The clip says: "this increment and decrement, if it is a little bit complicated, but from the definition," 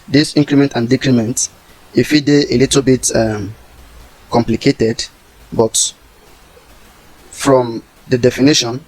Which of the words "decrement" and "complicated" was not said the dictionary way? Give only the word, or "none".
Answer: none